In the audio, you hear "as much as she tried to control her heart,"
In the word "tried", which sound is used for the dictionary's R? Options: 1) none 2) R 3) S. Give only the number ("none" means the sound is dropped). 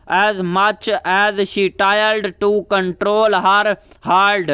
1